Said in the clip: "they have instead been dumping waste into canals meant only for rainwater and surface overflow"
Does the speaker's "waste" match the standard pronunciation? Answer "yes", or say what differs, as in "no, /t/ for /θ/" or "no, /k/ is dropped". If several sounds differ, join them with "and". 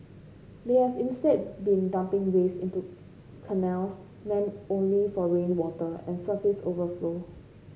no, /t/ is dropped